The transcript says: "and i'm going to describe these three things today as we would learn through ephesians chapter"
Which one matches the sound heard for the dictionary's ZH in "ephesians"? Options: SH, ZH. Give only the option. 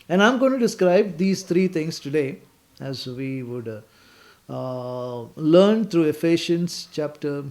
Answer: SH